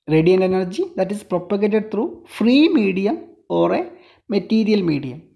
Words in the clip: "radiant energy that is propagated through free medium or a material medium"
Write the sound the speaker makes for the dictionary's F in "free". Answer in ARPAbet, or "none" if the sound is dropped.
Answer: F